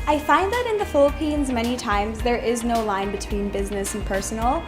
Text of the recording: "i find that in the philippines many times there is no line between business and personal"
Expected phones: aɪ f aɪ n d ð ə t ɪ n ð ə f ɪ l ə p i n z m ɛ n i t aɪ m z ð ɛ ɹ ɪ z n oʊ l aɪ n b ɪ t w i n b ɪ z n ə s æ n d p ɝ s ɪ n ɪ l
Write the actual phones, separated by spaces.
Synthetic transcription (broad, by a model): aɪ f aɪ n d ð ə t ɪ n ð ə f ɪ l ə p i n z m ɛ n i t aɪ m z ð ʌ ɹ ɪ z n oʊ l aɪ n b ɪ t w i n b ɪ z n ə s n p ɝ s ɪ n l